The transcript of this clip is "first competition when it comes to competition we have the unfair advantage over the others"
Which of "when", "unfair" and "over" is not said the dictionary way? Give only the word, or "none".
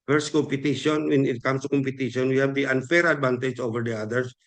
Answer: none